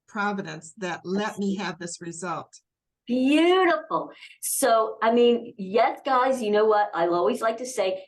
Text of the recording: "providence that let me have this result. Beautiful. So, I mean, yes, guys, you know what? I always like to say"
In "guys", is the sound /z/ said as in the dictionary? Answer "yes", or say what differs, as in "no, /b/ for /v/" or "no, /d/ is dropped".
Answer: yes